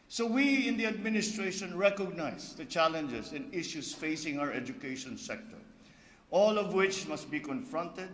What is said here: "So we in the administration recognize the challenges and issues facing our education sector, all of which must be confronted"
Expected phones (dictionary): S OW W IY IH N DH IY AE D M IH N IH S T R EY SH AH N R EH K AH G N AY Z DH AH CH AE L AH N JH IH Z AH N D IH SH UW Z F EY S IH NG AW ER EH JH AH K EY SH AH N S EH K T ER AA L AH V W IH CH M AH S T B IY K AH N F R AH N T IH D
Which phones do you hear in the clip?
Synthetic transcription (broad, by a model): S OW W IY IH N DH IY AE D M IH N IH S T R EY SH AH N R EH K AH G N AY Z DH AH CH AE L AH N JH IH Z AH N D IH SH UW S F EY S IH NG AW ER EH JH AH K EY SH AH N S EH K T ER AA L AH V W IH CH M AH S T B IY K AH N F R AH N T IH D